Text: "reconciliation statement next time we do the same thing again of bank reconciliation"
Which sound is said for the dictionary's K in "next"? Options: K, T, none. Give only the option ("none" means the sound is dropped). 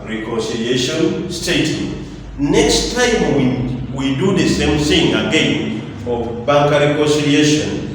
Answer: K